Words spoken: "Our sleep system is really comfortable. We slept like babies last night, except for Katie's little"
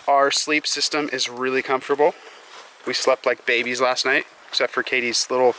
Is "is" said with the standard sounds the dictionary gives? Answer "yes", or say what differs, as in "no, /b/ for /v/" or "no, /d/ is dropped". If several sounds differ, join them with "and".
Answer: yes